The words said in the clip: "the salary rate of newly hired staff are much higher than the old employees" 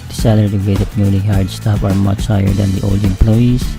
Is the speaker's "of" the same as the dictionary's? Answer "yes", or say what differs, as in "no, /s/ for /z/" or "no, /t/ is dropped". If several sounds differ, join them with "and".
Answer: no, /p/ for /v/